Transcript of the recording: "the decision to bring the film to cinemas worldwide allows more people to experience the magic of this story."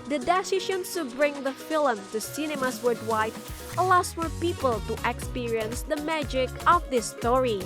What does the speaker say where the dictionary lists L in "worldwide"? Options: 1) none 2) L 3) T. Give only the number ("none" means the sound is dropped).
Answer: 1